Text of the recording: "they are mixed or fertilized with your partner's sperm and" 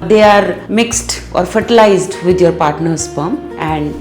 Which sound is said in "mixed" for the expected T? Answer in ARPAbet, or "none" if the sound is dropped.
T